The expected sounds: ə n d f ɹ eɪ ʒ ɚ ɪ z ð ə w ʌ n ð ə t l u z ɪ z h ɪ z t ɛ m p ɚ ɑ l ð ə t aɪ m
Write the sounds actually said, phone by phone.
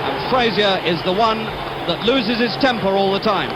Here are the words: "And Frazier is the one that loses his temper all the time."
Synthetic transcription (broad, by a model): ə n f ɹ eɪ z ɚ ɪ z ð ə w ʌ n ð ə t l u z ɪ z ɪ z t ɛ m p ɚ ɑ l ð ə t aɪ m